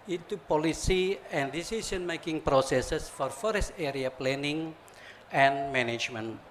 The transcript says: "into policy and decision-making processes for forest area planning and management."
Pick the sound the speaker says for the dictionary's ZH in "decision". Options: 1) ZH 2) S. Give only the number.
2